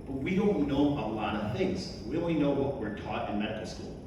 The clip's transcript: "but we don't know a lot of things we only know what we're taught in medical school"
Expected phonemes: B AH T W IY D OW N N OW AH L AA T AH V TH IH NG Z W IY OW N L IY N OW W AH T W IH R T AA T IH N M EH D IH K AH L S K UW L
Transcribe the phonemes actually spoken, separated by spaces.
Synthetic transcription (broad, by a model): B AH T W IY D OW N N OW AH L AA T AH V TH IH NG Z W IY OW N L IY N OW W AH T W IH R T AA T IH N M EH D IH K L S K UW L